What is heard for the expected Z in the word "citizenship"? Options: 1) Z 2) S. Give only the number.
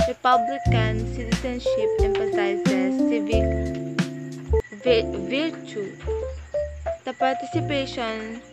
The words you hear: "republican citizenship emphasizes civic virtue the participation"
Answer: 2